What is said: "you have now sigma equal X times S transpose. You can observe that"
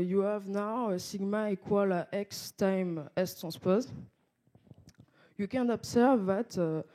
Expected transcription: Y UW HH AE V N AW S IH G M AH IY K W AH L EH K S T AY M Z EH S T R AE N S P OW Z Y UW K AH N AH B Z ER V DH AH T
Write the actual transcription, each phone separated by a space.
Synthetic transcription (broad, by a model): Y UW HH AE V N AW S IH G M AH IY K W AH L EH K S T AY M EH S T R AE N S P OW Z Y UW K AH N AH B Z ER V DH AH T